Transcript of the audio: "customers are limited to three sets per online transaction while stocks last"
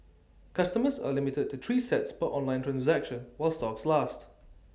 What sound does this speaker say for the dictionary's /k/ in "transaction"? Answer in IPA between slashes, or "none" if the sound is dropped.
/k/